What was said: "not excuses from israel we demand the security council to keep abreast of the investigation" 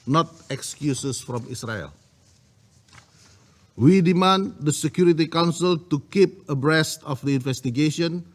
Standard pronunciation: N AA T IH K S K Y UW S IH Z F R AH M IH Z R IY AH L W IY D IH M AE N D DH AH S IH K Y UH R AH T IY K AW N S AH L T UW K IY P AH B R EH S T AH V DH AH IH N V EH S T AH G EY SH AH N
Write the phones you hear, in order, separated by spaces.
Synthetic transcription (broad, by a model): N AA T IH K S K Y UW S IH S F R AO M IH S R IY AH L W IY D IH M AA N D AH S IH K Y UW R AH T IY K AW N S AH L T UW K IY P AH B R EH S T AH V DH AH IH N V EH S T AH G EY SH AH N